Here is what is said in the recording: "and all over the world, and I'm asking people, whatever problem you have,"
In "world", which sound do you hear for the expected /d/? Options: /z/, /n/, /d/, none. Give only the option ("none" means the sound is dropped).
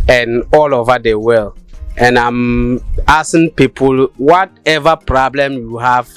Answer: none